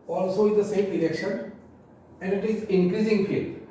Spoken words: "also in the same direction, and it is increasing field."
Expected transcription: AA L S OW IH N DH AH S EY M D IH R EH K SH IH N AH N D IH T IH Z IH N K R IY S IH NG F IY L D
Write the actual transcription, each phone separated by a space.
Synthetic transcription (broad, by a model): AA L S OW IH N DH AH S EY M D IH L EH K SH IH N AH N D IH T IH Z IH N K R IY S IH NG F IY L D